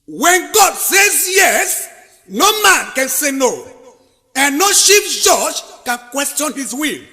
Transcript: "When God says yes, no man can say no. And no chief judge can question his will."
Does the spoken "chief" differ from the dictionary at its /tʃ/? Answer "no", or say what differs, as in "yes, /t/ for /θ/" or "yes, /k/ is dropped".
yes, /ʃ/ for /tʃ/